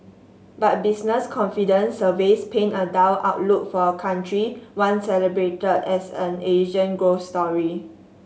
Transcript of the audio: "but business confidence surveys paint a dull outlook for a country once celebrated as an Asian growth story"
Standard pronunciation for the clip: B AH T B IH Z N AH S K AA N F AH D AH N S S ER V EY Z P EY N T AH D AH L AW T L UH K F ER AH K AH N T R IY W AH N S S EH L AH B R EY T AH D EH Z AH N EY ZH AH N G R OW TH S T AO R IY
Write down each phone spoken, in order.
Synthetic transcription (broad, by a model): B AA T B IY S N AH S K AA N F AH D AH N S S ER V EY S P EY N AH D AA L AW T L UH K F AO AH K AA N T R IY W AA N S S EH L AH B R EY T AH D EH S AH N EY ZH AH N G R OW S T AO R IY